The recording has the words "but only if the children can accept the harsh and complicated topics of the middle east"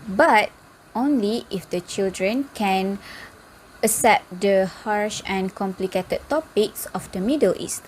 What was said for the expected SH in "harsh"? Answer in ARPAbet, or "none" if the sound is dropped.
SH